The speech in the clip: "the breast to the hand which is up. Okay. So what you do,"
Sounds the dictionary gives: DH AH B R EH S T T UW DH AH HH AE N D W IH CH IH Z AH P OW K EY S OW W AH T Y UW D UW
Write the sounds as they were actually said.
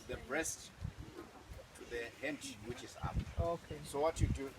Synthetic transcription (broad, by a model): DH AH B R EH S T T UW DH AH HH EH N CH W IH CH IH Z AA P OW K EY S OW W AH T Y UW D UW